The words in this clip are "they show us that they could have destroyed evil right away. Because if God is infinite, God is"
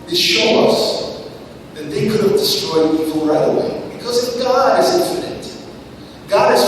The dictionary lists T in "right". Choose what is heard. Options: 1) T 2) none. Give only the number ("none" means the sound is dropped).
2